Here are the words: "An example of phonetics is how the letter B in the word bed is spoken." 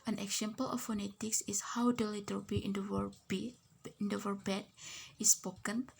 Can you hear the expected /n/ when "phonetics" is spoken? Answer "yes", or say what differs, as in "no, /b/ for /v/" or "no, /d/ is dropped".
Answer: yes